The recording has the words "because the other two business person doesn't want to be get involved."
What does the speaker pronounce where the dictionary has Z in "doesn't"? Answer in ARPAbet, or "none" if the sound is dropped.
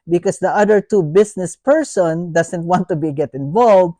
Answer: S